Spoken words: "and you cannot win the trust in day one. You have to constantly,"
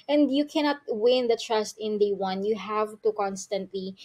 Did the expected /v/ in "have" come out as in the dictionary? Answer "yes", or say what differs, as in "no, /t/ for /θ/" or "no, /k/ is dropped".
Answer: yes